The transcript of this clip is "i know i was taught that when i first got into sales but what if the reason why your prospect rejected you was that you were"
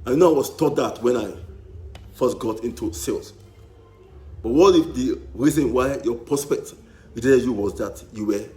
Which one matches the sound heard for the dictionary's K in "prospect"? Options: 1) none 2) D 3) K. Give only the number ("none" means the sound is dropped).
3